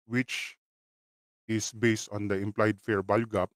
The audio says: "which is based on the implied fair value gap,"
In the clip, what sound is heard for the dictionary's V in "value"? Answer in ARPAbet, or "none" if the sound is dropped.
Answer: B